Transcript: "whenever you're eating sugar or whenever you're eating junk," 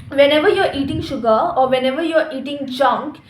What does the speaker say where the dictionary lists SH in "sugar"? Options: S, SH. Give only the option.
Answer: SH